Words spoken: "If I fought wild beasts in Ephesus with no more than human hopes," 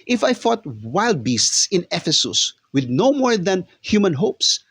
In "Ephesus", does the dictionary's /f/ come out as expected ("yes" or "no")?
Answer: yes